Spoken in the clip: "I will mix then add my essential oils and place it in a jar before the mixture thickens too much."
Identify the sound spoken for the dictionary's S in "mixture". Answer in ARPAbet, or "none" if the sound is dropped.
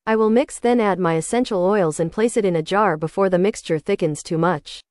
S